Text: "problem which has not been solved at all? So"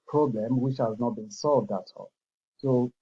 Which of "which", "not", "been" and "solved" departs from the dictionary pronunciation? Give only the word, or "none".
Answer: none